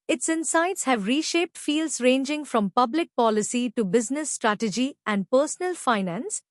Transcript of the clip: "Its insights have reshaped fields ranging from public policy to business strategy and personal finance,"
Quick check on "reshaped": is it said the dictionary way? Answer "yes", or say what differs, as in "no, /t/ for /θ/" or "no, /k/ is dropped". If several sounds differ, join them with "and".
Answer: yes